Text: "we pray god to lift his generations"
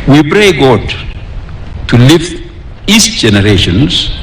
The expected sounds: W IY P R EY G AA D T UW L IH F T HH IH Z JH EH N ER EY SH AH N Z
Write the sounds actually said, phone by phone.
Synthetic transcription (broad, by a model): W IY B R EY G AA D T UW L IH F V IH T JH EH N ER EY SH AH N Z